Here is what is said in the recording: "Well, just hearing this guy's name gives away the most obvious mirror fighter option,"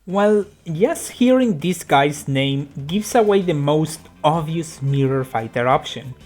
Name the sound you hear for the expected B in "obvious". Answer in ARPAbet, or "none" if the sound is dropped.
none